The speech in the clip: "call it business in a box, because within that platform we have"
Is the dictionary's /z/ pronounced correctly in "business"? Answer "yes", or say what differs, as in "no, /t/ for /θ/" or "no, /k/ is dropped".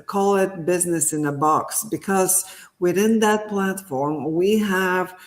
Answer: yes